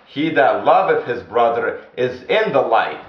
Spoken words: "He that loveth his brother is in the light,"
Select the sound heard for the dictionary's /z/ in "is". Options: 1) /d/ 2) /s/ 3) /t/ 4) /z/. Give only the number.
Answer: 4